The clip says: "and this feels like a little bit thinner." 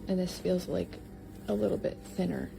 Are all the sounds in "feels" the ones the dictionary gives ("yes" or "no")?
yes